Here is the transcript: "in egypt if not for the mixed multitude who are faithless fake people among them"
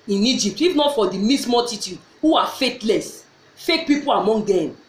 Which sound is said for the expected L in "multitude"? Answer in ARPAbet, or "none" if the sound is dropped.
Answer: none